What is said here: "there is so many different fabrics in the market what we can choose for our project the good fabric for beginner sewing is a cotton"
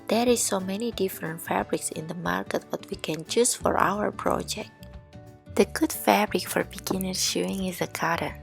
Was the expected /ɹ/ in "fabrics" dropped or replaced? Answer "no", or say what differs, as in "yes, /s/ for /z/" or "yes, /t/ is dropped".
no